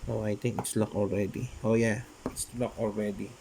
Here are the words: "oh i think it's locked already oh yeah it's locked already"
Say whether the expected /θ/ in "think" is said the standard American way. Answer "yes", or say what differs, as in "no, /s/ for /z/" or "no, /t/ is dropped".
no, /t/ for /θ/